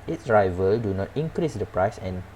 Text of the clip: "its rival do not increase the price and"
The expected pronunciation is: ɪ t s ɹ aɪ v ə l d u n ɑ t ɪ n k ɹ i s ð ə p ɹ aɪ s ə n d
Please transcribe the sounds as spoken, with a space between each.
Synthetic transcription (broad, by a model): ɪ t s ɹ aɪ v ə l d u n ɑ t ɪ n k ɹ i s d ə p ɹ aɪ s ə n